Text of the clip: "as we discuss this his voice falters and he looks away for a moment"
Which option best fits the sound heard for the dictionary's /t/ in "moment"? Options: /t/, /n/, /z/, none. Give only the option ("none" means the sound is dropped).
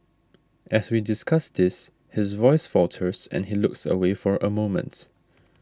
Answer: /t/